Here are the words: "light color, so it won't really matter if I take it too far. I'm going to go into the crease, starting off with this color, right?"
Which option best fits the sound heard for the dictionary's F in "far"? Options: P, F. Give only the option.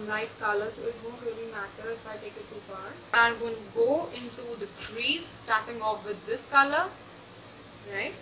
P